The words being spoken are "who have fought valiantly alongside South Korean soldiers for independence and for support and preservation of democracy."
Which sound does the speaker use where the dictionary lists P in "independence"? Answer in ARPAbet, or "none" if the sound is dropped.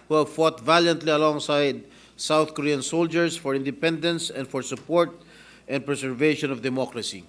P